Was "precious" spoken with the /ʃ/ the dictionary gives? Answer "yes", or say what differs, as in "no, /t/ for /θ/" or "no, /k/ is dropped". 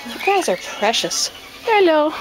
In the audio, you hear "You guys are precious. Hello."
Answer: yes